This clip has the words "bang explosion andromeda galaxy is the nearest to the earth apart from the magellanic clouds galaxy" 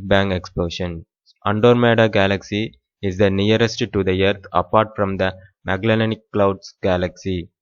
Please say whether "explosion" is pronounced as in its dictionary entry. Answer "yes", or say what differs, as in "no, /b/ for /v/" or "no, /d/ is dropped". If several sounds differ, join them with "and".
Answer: no, /ʃ/ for /ʒ/